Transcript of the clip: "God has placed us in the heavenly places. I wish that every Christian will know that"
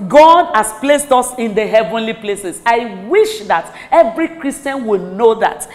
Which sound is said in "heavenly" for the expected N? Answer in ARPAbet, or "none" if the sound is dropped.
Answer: N